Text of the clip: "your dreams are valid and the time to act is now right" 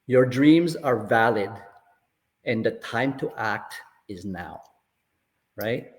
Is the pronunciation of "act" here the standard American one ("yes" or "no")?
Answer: yes